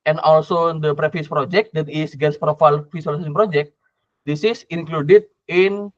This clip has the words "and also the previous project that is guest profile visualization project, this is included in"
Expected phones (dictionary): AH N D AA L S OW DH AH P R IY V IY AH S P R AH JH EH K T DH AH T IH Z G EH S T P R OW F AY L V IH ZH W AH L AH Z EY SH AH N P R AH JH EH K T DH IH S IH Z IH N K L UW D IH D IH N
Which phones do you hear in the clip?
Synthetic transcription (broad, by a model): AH N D AA L S OW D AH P R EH F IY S P R AH JH EH K T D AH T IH S G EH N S P R OW F AY L F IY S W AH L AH S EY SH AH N P R AH JH EH K T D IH S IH S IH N K L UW D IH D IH N